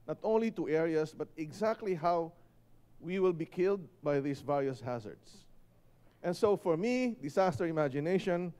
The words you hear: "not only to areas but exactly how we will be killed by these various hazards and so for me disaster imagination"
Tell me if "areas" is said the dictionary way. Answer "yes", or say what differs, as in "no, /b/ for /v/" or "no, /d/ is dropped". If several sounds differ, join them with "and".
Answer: no, /s/ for /z/